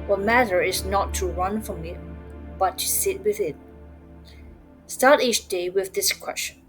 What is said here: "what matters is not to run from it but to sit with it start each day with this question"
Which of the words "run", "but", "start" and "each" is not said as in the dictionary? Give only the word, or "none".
none